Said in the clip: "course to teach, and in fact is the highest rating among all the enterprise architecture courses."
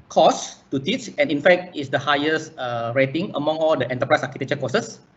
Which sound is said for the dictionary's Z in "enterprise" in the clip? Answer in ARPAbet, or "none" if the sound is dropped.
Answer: S